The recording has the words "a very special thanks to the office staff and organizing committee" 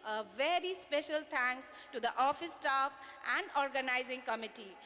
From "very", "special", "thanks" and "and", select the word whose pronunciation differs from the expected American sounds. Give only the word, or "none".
thanks